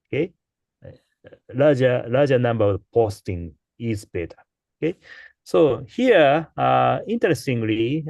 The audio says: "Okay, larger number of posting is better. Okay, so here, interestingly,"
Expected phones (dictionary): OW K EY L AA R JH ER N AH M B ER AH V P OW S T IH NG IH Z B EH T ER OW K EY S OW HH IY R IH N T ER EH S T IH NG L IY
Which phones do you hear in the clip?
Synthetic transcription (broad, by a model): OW K EY L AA L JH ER N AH M B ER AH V P OW S T IH NG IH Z B EH T ER OW K EY S OW HH IY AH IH N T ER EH S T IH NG L IY